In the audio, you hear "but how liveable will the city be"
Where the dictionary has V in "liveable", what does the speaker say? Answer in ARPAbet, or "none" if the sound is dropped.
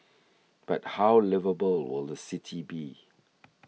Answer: V